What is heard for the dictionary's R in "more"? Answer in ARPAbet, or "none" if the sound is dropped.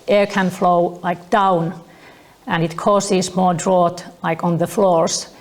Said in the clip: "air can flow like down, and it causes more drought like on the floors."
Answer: R